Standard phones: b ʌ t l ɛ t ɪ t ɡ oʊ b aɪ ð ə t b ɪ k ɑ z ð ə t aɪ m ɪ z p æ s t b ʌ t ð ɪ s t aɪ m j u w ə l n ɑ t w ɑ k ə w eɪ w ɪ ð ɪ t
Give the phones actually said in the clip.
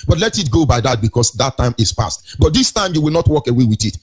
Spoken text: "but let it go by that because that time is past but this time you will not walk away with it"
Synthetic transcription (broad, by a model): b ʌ t l ɛ t ɪ t ɡ oʊ b aɪ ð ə t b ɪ k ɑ s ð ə t aɪ m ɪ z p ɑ s t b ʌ t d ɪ s t aɪ m j u w ə l n ɑ t w ɑ k ə w eɪ w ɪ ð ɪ t